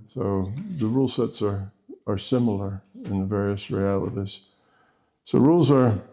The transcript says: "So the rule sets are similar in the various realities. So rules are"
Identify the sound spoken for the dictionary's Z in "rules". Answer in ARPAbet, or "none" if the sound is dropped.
Z